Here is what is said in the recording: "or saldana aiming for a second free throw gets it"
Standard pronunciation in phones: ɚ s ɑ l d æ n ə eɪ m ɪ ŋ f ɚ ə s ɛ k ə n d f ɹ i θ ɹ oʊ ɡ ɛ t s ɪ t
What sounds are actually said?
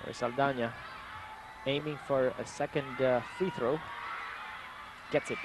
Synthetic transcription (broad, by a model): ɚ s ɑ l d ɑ n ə eɪ m ɪ ŋ f ɚ ə s ɛ k ə n d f i θ ɹ oʊ ɡ ɛ t s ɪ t